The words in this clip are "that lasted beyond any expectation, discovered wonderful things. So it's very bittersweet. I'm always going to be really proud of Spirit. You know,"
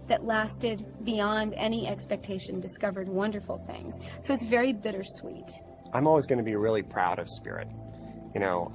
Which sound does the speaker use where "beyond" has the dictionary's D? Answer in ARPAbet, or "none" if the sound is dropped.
D